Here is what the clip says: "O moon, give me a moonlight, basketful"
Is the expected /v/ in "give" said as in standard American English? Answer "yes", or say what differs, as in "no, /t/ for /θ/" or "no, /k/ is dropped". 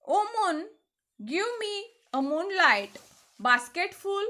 no, /w/ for /v/